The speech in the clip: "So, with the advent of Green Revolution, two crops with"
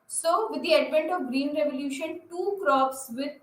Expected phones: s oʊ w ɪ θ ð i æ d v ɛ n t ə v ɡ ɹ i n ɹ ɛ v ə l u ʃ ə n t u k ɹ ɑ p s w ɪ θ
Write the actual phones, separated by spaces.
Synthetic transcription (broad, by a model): s oʊ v ɪ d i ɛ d p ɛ n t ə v ɡ ɹ i n ɹ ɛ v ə l u ʃ ə n t u k ɹ ɑ p s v ɪ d